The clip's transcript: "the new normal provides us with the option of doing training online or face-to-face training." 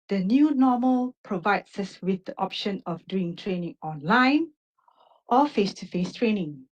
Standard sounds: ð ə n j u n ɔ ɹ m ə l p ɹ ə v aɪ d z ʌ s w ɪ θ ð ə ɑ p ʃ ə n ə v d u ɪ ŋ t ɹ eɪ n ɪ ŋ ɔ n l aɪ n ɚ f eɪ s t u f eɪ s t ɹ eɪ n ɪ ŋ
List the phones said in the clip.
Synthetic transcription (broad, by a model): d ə n j u n ɔ m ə l p ɹ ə v aɪ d s ʌ s w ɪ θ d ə ɑ p ʃ ə n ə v d u ɪ ŋ t ɹ eɪ n ɪ ŋ ɔ n l aɪ n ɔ f eɪ s t u f eɪ s t ɹ eɪ n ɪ ŋ